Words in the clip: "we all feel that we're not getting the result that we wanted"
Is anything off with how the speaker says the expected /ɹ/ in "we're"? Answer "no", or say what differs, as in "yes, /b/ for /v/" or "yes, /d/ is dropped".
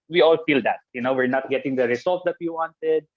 no